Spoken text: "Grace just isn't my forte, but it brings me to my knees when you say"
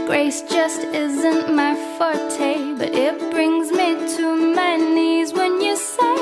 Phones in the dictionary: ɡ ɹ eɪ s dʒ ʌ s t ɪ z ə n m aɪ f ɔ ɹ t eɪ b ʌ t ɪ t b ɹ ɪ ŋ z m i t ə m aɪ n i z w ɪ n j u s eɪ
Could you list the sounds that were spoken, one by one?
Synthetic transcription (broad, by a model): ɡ ɹ eɪ s dʒ ʌ s t ɪ z ə n m aɪ f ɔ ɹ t eɪ b ʌ t ɪ t b ɹ ɪ ŋ z m i t ə m aɪ n i z w ɪ n j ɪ s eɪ